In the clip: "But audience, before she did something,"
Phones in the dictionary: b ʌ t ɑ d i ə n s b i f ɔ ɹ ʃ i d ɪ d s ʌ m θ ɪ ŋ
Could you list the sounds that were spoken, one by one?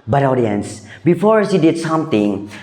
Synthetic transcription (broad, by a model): b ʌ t ɑ d i ə n s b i f ɔ ɹ s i d ɪ d s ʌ m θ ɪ ŋ